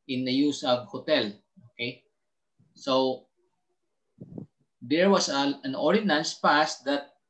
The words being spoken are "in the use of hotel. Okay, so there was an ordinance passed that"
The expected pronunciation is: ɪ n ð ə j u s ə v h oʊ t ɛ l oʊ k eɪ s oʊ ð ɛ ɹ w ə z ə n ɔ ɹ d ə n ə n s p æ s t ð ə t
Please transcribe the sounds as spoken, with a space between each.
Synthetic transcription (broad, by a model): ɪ n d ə j u s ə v h oʊ t ɛ l oʊ k eɪ s oʊ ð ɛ ɹ w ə s ə n ɔ ɹ d ə n ə n s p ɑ s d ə t